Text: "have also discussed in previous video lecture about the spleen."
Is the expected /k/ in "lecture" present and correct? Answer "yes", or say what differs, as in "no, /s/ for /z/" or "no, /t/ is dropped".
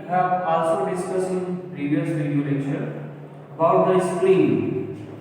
no, /k/ is dropped